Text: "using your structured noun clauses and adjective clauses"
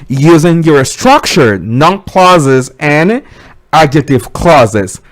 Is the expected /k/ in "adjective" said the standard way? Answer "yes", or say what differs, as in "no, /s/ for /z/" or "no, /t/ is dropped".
no, /k/ is dropped